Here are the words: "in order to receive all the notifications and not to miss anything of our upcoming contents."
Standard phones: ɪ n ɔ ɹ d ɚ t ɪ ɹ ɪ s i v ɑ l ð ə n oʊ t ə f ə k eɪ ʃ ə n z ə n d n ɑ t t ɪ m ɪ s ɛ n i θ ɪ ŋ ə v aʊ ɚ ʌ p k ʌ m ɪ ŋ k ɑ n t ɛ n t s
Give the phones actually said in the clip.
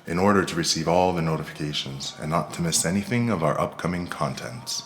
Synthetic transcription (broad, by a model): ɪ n ɔ ɹ d ɚ t ɪ ɹ ɪ s i v ɑ l ð ə n oʊ t ə f ə k eɪ ʃ ə n z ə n n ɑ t t ɪ m ɪ s ɛ n i θ ɪ ŋ ə v aʊ ɚ ʌ p k ʌ m ɪ ŋ k ɑ n t ɛ n t s